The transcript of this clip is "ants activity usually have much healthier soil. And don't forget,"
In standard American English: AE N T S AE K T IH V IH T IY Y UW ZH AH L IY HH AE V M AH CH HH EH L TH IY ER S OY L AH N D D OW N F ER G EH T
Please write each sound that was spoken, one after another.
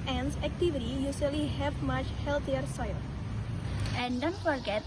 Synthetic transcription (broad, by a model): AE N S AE K T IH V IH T IY Y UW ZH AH L IY HH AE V M AH CH HH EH L T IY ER S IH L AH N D D OW N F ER G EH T